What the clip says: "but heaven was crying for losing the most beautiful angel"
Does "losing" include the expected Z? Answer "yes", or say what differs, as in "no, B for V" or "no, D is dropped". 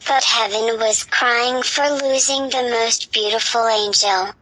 yes